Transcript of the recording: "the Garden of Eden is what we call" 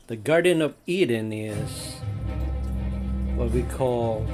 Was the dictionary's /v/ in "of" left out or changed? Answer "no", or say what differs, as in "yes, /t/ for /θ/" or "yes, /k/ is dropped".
no